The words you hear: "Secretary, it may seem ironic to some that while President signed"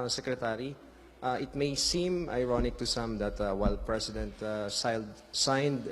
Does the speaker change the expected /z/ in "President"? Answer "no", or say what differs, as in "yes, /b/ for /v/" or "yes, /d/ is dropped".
yes, /s/ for /z/